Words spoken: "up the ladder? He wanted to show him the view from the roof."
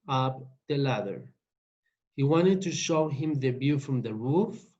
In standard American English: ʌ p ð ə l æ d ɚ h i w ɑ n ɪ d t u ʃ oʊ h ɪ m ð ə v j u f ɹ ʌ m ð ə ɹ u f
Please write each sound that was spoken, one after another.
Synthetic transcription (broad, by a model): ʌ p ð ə l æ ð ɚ h i w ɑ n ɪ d t u ʃ oʊ h ɪ m ð ə b j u f ɹ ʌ m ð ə ɹ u f